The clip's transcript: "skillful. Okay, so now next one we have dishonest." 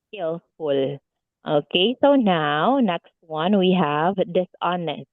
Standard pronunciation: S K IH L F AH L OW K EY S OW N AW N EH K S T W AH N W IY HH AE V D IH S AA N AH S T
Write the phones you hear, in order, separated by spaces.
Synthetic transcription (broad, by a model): S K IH L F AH L OW K EY S OW N AW N EH K S T W AH N W IY HH AE V D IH S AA N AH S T